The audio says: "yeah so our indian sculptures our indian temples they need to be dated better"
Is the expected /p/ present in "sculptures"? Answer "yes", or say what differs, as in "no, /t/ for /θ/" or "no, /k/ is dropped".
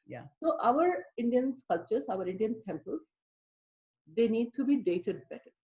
no, /p/ is dropped